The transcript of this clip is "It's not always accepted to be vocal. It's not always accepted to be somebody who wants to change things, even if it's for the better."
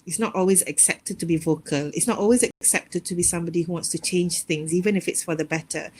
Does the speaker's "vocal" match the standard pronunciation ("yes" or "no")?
yes